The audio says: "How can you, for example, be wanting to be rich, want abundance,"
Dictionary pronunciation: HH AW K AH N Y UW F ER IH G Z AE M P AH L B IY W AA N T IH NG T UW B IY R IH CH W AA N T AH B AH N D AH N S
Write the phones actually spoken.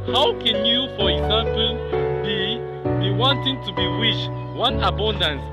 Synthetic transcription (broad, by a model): HH AW K AH N Y UW F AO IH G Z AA M P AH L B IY W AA N T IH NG T UW B IY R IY SH W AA N AH B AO N D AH N S